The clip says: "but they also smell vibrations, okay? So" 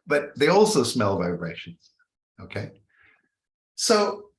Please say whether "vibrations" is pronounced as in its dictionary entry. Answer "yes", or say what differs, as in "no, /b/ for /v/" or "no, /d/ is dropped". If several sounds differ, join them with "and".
yes